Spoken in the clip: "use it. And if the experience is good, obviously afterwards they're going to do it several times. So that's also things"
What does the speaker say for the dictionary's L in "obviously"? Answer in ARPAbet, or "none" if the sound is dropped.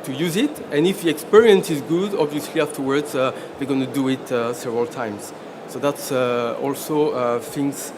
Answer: L